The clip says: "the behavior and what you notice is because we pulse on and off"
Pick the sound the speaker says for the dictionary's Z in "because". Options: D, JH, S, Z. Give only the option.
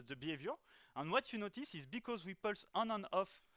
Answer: Z